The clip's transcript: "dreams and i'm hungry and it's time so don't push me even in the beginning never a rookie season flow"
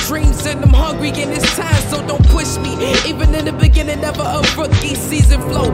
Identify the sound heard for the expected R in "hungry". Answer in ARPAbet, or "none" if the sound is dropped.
R